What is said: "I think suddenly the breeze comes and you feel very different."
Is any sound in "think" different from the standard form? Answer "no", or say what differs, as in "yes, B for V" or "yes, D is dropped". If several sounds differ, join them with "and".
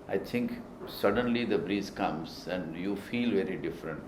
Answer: yes, T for TH